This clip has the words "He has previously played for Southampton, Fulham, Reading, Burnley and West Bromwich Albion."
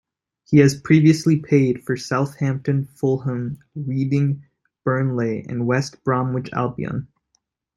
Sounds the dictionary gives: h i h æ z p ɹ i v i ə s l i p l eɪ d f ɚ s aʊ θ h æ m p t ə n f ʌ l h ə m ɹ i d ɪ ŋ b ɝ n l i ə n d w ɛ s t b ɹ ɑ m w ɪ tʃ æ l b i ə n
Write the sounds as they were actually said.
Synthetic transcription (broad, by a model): h i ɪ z p ɹ i v i ə s l i p eɪ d f ɚ s aʊ θ h æ m p t ə n f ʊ l h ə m ɹ i d ɪ ŋ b ɝ n l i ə n w ɛ s t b ɹ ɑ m w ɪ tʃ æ l b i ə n